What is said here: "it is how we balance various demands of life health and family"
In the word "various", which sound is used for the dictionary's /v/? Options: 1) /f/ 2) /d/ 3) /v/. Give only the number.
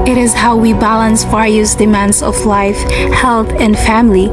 1